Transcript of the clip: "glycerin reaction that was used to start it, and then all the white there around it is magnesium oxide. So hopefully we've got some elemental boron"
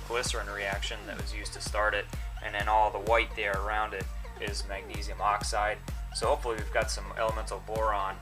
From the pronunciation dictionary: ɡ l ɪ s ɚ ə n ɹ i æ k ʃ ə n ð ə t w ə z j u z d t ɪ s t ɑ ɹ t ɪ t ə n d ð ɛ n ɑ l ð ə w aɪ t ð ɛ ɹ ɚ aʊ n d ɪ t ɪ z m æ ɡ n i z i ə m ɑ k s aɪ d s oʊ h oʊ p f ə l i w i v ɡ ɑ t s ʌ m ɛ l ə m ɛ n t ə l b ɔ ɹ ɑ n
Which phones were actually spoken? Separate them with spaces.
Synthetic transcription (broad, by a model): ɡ l ɪ s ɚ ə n ɹ i æ k ʃ ə n ð ə t w ə z j u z t ɪ s t ɑ ɹ t ɪ t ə n ð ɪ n ɑ l ð ə w aɪ t ð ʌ ɹ ɚ aʊ n d ɪ t ɪ z m æ ɡ n i z i ə m ɑ k s aɪ d s oʊ h oʊ p f l i w i v ɡ ɑ t s ʌ m ɛ l ə m ɛ n t l b ɔ ɹ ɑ n